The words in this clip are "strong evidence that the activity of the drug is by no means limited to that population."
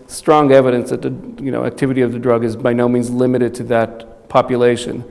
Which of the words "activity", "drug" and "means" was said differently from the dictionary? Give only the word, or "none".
none